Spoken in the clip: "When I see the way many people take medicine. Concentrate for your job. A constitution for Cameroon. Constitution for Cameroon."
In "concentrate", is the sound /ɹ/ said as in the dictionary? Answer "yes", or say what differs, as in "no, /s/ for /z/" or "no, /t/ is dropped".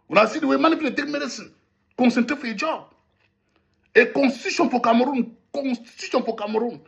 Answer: no, /ɹ/ is dropped